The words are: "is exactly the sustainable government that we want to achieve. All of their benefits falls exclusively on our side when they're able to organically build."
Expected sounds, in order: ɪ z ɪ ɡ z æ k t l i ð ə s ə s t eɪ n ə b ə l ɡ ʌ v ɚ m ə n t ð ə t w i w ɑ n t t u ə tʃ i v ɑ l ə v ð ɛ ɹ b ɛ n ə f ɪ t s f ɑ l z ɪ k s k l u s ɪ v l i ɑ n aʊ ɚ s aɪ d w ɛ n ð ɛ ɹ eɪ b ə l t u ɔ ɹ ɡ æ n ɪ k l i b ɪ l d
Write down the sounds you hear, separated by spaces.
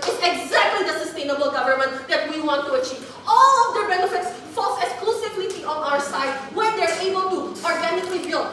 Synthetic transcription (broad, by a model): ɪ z ɪ ɡ z æ k t l i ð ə s ə s t eɪ n ə b ə l ɡ ʌ v ɚ m ə n t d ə t w i w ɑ n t t u ə tʃ i v ɑ l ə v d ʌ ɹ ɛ l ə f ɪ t s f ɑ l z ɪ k s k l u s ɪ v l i ɑ n aʊ ɚ s aɪ d w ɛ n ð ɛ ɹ eɪ b ə l t u ɔ ɹ ɡ æ n ɪ k l i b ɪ l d